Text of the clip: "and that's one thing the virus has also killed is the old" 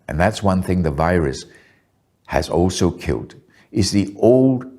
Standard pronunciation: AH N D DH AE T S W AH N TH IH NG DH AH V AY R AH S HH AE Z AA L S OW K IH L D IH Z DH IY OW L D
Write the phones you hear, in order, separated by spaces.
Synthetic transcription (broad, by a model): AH N DH AE T S W AH N TH IH NG DH AH V AY R AH S HH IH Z AA L S OW K IH L D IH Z DH IY OW L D